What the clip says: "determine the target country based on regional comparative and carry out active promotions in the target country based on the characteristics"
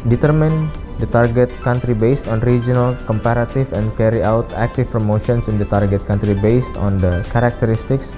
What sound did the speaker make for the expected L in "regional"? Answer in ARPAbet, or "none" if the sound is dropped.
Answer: L